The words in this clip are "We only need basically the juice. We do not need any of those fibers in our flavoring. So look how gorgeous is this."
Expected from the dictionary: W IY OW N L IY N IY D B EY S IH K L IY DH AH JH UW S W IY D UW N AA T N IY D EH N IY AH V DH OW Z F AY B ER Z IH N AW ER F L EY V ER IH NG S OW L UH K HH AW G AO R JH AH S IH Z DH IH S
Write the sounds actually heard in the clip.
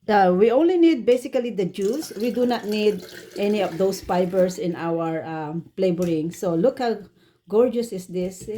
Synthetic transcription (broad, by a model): W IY OW N L IY N IY D B EY S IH K L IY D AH JH UW S W IY D UW N AA T N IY D EH N IY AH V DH OW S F AY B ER S IH N AW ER P L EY B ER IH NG S OW L UH K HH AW G AO R JH AH S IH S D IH S